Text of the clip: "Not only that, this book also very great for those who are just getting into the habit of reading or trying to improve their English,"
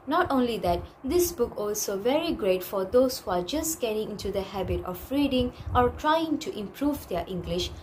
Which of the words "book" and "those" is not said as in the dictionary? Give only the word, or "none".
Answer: those